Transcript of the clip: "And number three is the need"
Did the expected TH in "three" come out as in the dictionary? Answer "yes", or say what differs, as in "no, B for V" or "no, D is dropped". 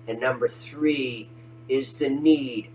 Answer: yes